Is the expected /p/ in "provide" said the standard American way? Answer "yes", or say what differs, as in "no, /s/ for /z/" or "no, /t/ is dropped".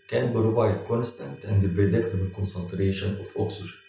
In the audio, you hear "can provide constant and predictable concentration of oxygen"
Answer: no, /b/ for /p/